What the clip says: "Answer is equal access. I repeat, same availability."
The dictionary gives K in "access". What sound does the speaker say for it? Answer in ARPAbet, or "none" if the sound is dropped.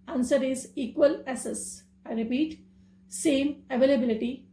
none